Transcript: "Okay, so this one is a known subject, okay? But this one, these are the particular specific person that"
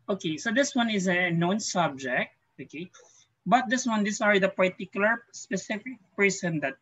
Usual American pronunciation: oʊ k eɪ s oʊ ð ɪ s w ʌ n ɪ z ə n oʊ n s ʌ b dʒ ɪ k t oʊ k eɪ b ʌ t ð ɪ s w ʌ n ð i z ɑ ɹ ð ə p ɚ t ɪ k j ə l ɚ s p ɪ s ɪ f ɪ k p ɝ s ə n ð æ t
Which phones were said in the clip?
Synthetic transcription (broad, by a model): oʊ k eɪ s oʊ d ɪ s w ʌ n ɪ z ə n oʊ n s ʌ b dʒ ɪ k t oʊ k eɪ b ʌ t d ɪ s w ʌ n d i s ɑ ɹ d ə p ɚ t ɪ k j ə l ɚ s p ɪ s ɪ f ɪ k p ɝ s ə n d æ t